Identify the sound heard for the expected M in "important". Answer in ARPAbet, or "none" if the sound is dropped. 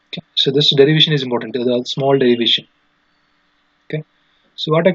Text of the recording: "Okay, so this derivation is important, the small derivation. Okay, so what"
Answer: M